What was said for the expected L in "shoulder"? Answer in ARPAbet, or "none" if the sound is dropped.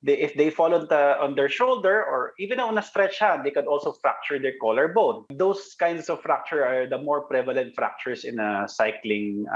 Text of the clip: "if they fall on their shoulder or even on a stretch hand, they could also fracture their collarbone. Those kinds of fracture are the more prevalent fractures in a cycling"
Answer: L